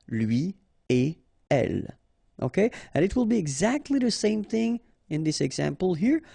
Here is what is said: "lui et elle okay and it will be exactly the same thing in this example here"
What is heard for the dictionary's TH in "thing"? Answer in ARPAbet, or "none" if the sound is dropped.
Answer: TH